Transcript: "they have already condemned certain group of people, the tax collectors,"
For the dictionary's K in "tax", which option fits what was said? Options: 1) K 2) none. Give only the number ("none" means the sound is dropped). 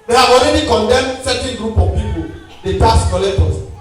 2